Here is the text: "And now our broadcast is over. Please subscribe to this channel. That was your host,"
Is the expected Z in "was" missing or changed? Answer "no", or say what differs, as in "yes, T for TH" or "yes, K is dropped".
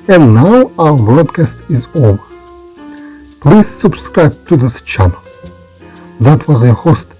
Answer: no